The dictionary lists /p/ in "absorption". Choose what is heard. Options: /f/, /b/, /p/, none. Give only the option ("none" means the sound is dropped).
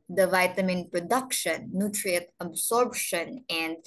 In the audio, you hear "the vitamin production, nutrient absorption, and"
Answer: /b/